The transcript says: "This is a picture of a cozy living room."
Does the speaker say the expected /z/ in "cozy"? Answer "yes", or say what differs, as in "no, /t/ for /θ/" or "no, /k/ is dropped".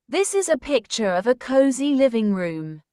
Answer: yes